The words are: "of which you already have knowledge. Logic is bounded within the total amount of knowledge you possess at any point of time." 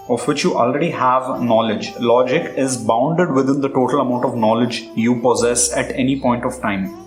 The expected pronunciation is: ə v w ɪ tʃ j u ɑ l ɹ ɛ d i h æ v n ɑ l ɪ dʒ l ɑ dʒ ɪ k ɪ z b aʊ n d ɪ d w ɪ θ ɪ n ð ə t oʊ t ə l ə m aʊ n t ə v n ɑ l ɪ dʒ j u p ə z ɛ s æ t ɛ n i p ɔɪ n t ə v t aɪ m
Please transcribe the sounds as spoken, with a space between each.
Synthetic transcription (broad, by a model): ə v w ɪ tʃ j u ɑ l ɹ ɛ d i h æ v n ɑ l ɪ dʒ l ɑ dʒ ɪ k ɪ z b aʊ n d ɪ d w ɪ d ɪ n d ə t oʊ t ə l ə m aʊ n t ə v n ɑ l ɪ dʒ j u p ə z ɛ s æ t ɛ n i p ɔɪ n t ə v t aɪ m